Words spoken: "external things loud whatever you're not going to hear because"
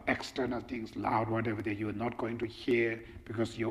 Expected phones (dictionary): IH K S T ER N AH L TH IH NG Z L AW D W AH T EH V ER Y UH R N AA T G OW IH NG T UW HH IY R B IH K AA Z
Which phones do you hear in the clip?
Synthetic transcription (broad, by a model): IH K S T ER N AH L T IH NG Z L AW D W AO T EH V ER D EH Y N AA T G OW IH NG T UW HH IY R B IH K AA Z